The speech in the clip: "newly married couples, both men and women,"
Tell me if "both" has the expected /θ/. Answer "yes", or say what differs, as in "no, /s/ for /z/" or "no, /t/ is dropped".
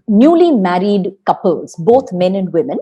no, /t/ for /θ/